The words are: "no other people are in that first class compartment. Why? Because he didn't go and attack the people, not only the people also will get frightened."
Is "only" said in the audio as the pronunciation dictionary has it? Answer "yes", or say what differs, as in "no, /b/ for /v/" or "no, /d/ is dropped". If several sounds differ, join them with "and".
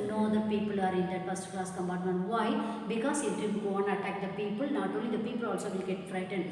no, /n/ is dropped